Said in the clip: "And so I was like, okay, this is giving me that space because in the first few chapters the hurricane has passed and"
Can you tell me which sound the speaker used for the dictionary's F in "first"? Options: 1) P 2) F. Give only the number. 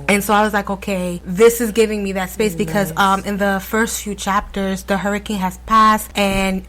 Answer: 2